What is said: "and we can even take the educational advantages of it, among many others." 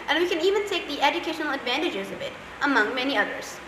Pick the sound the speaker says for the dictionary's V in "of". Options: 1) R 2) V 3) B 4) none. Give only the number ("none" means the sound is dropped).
3